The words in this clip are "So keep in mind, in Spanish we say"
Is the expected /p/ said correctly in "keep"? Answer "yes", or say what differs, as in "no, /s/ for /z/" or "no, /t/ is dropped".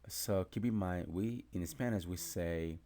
no, /b/ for /p/